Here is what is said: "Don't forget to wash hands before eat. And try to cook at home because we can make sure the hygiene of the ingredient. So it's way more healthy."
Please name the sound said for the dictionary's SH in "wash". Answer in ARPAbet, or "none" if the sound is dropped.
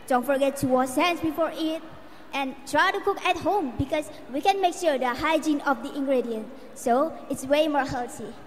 S